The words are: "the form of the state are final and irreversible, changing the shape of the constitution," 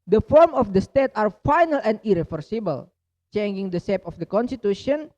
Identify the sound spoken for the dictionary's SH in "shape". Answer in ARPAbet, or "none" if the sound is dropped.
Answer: S